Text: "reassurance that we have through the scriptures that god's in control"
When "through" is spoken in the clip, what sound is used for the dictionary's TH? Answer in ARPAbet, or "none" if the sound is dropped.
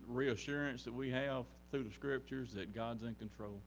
TH